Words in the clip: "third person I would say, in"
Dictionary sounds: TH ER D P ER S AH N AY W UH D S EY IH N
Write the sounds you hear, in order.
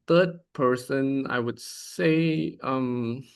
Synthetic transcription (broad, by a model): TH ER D P ER S AH N AY W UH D S EY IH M